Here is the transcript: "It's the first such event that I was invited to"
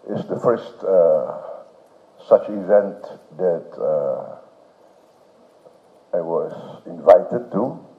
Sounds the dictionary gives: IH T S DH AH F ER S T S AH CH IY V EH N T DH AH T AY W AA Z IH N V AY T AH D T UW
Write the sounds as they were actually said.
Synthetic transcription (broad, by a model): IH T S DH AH F ER S T S AH CH IY V EH N T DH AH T AY W AA Z IH N V AY T AH D T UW